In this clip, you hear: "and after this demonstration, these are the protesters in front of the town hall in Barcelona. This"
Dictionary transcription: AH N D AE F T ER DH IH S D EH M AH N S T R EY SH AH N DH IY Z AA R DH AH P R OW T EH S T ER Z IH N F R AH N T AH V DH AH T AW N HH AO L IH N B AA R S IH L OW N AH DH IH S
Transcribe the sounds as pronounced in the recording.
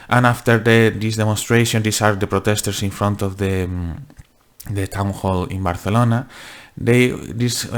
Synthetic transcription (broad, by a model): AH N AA F T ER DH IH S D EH M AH N S T R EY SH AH N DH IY S AA R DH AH P R OW T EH S T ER S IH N F R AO N T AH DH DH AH T AW N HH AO L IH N B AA R TH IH L OW N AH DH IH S